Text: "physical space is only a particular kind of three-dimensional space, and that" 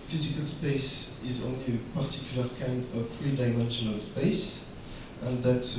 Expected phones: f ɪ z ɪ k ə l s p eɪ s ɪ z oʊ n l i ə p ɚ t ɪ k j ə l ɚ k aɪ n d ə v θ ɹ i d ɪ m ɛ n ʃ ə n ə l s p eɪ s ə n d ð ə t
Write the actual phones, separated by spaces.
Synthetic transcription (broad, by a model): f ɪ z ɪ k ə l s p eɪ s ɪ z oʊ n l i ə p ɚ t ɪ k j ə l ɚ k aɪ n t ə v f ɹ i d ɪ m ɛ n ʃ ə n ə l s p eɪ s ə n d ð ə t